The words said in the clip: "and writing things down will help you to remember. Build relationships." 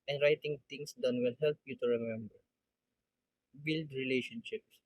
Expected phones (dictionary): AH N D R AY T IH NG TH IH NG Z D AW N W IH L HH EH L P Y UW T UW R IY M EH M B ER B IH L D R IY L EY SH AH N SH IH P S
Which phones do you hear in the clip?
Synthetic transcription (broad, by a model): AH N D R AY T IH NG T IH NG S D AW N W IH L HH EH L P Y UW T UW R IY M EH M B ER B IH L D R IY L EY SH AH N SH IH P S